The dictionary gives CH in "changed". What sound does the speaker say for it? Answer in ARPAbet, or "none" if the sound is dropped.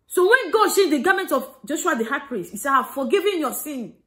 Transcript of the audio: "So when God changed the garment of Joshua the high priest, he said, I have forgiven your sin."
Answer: SH